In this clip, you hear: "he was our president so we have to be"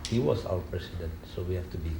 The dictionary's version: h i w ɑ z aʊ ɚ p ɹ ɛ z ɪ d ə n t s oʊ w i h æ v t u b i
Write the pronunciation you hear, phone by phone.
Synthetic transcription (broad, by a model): h i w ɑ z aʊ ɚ p ɹ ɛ s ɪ d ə n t s oʊ w i h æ f t u b i